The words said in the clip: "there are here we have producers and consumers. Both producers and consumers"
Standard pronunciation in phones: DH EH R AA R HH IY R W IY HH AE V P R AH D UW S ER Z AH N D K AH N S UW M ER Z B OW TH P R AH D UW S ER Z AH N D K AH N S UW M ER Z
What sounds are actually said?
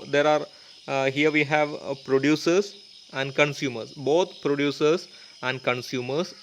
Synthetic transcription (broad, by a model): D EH R AA R HH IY R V IY HH AE V P R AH D UW S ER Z AH N D K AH N S UW M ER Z B OW T P R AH D UW S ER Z AH N D K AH N S UW M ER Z